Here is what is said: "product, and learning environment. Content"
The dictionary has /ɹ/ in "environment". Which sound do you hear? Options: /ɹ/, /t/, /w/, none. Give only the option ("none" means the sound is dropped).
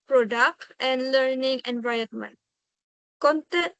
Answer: none